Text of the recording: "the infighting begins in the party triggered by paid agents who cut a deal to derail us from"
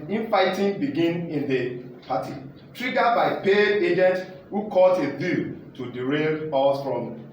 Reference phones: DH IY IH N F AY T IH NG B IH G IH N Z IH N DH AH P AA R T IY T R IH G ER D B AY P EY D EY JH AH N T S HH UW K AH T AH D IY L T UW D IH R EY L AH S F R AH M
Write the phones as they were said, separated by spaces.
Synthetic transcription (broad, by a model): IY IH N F AY T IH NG B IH G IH N IH N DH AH P AA T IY T R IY G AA B AY P EY EY JH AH N T HH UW K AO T AH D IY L T UW D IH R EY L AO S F R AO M